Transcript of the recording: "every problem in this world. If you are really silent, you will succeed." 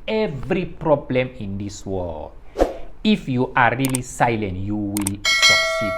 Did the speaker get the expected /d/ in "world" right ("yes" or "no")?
no